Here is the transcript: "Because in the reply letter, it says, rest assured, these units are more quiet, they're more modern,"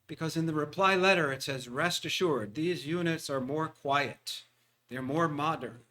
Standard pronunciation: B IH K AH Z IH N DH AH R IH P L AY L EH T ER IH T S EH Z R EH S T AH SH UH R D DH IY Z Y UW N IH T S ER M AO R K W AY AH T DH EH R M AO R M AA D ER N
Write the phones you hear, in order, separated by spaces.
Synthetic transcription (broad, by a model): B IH K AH Z IH N DH AH R IH P L AY L EH T ER IH T S EH Z R EH S T AH SH UH R D DH IY Z Y UW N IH T S ER M AO R K W AY AH T DH EH R M AO R M AA D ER N